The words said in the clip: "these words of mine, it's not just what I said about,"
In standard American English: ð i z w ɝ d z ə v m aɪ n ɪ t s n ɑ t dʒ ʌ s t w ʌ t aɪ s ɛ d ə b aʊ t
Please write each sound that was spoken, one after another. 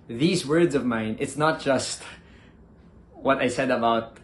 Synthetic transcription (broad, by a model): ð i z w ɝ d z ə v m aɪ n ɪ t s n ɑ t dʒ ʌ s t w ʌ t aɪ s ɛ d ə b aʊ t